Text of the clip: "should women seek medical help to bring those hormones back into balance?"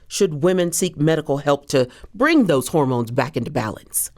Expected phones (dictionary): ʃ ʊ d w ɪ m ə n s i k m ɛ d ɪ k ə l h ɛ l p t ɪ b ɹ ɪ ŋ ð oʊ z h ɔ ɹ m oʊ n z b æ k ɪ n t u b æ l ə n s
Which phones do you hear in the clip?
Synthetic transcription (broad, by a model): ʃ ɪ d w ɪ m ə n s i k m ɛ d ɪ k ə l h ɛ l p t ɪ b ɹ ɪ ŋ ð oʊ z h ɔ ɹ m oʊ n z b æ k ɪ n t u b æ l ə n s